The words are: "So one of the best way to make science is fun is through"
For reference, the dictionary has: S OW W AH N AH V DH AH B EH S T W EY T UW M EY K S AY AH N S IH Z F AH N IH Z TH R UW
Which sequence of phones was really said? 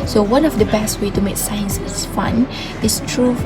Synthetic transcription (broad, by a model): S OW W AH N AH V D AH B EH S T W EY T UW M EY K S AY AH N S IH S F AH N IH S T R UW